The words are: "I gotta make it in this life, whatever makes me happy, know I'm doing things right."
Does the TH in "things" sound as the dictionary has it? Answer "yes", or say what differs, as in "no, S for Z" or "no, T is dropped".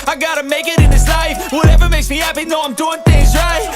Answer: yes